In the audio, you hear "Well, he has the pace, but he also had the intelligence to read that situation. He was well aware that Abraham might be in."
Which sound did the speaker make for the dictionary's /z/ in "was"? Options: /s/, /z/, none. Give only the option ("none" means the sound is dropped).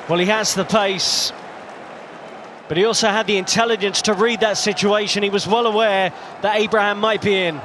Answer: /z/